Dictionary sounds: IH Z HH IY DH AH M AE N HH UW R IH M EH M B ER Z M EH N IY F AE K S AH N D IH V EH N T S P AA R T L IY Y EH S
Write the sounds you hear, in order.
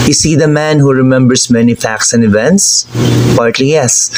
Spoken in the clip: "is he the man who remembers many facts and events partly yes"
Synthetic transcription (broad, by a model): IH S IY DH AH M AE N HH UW R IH M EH M B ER S M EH N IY F AE K S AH N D IH V EH N T S P AA R T L IY Y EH S